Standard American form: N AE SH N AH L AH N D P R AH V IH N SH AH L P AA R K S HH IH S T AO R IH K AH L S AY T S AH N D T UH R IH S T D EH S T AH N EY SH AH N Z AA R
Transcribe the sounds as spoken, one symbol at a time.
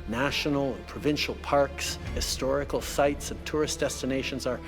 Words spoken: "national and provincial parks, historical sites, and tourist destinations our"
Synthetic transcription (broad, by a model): N AE SH N L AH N P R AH V IH N SH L P AA R K S HH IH S T AO R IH K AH L S AY T S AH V T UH R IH S D EH S T AH N EY SH AH N Z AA R